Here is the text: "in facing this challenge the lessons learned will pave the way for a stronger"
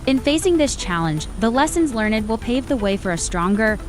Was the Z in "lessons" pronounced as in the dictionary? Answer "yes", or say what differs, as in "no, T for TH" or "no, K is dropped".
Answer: yes